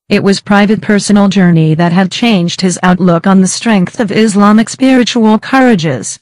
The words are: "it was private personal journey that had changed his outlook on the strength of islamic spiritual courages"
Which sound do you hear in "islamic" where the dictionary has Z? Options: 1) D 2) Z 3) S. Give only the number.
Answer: 2